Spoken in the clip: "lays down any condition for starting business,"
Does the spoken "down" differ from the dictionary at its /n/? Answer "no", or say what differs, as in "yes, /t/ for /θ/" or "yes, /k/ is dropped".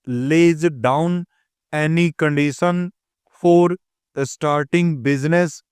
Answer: no